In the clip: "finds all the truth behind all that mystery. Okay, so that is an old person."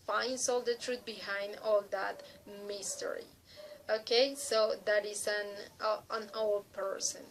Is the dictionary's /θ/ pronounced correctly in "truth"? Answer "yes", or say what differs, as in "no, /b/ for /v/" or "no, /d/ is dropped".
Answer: no, /t/ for /θ/